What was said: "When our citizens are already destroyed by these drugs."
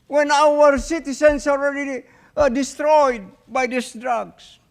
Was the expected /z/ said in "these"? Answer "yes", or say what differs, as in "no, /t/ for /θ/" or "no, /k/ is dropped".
no, /s/ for /z/